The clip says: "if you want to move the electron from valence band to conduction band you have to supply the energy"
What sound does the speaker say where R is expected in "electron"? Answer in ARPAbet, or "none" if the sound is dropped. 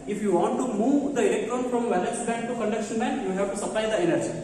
none